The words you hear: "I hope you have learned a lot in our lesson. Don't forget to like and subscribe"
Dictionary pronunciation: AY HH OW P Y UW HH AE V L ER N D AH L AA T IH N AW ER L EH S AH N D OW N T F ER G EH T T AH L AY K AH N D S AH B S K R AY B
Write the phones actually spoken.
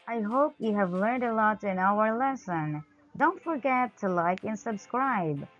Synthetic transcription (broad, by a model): AY HH OW P Y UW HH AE V L ER N D AH L AA T IH N AW ER L EH S AH N D OW N T F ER G EH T T AH L AY K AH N S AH B S K R AY B